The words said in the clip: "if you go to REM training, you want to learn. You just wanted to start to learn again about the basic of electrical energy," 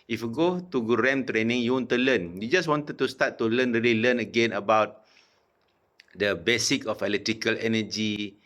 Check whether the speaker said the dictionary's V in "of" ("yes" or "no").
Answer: no